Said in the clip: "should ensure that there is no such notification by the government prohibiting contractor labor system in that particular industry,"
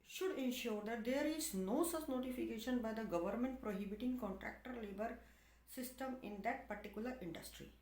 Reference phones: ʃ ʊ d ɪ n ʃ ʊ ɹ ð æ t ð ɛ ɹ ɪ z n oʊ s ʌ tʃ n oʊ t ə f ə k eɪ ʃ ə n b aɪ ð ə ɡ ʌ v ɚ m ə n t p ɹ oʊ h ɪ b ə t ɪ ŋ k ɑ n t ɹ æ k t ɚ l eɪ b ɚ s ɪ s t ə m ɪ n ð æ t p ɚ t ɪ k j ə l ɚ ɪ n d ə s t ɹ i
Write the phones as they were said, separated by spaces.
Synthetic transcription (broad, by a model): ʃ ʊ d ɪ n ʃ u ɹ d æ t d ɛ ɹ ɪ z n oʊ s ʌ s n oʊ t ə f ə k eɪ ʃ ə n b aɪ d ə ɡ ʌ v ɚ m ə n t p ɹ oʊ h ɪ b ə t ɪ ŋ k ɑ n t ɹ æ k t ɚ l eɪ b ɚ s ɪ s t ə m ɪ n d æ t p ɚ t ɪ k j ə l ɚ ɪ n d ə s t ɹ i